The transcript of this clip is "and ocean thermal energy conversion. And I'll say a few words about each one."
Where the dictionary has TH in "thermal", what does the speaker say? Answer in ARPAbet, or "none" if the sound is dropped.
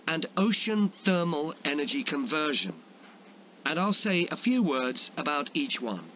TH